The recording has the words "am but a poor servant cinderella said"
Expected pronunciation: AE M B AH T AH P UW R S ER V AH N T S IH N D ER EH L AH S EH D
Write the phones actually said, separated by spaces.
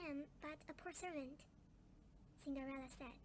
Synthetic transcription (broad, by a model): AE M B AH T AH P UW R S ER V AH N T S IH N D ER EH L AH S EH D